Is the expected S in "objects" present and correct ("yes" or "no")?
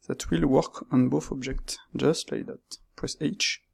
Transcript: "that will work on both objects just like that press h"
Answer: yes